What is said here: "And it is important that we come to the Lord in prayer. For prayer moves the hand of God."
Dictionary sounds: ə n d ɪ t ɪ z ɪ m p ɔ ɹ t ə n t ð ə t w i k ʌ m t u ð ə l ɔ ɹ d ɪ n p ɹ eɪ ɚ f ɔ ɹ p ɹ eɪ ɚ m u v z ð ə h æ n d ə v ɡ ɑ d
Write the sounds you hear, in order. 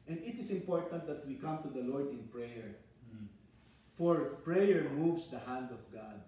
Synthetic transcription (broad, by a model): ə n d ɪ t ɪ s ɪ m p ɔ ɹ t ə n t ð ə t w i k ʌ m t u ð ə l ɔ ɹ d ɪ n p ɹ eɪ ɚ f ɔ ɹ p ɹ eɪ ɚ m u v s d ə h æ n d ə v ɡ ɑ d